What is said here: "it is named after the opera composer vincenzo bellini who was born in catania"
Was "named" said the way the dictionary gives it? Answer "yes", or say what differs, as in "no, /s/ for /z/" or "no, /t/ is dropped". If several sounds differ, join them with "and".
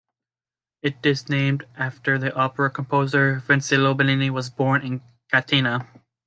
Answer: yes